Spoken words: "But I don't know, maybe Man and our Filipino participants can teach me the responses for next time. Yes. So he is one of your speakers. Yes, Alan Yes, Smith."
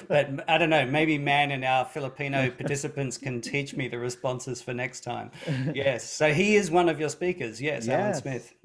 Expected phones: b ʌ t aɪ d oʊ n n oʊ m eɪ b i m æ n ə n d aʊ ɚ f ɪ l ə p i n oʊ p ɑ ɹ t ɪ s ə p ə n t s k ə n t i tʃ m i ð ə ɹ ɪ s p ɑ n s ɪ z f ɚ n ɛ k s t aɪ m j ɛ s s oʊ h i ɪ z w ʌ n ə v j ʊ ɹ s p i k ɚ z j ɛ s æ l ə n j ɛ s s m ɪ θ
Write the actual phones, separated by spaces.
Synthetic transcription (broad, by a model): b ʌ t aɪ d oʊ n n oʊ m eɪ b i m æ n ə n aʊ ɚ f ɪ l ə p i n oʊ p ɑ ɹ t ɪ s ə p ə n t s k ə n t i tʃ m i ð ə ɹ ɪ s p ɑ n s ɪ z f ɚ n ɛ k s t aɪ m j ɛ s s oʊ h i ɪ z w ʌ n ə v j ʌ ɹ s p i k ɚ z j ɛ s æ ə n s s m ɪ θ